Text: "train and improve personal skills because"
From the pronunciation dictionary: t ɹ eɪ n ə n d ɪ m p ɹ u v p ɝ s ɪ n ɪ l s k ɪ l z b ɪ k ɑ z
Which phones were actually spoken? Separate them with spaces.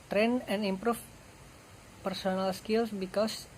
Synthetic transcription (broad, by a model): t ɹ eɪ n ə n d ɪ m p ɹ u f p ɝ s ɪ n ɪ l s k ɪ l s b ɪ k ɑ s